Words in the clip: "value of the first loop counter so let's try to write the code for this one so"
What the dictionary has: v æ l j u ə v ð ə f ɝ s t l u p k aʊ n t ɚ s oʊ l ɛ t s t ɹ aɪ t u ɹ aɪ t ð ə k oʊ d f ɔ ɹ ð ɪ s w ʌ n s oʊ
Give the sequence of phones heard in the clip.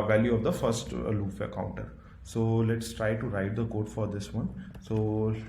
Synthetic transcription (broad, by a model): v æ l j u ə v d ə f ɝ s t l u f k aʊ n t ɚ s oʊ l ɛ t s t ɹ aɪ t u ɹ aɪ t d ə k oʊ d f ɔ ɹ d ɪ s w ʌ n s oʊ